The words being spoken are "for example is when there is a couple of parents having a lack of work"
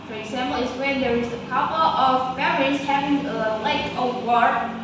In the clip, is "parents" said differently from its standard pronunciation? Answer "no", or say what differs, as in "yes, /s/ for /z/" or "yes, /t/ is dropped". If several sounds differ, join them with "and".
yes, /f/ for /p/